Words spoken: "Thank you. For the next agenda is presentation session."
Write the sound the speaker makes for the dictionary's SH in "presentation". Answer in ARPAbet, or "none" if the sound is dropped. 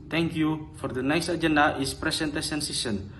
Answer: S